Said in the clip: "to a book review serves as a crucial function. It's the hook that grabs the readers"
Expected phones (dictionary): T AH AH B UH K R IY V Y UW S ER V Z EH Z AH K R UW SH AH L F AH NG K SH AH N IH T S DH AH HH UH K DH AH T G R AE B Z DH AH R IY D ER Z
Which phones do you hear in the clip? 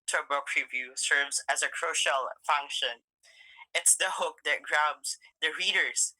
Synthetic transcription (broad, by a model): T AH AH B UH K R IY V Y UW S ER V Z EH Z AH K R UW SH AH L F AH NG K SH AH N IH T S DH AH HH UH K DH AH T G R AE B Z DH AH R IY D ER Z